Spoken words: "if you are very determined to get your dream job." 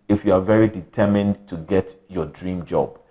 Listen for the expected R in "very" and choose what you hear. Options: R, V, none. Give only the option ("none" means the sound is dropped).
R